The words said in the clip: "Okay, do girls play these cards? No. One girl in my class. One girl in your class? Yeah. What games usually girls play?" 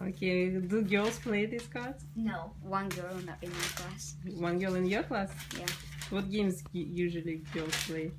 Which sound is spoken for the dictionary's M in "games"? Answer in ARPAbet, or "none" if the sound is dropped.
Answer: M